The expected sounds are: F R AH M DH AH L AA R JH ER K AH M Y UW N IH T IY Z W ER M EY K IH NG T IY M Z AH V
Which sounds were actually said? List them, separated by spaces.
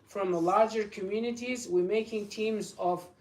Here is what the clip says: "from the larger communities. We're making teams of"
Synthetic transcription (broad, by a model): F R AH M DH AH L AA R JH ER K AH M Y UW N IH T IY Z W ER M EY K IH NG T IY M Z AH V